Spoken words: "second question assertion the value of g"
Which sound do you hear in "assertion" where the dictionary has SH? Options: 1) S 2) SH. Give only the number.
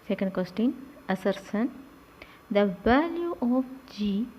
1